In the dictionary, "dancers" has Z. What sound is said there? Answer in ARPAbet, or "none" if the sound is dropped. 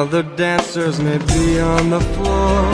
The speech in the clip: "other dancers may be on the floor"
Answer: Z